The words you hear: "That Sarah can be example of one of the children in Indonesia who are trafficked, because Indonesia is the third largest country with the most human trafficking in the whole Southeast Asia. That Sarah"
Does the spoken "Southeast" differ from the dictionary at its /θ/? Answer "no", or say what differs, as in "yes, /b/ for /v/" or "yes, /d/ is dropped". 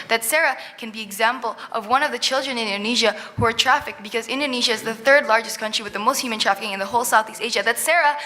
no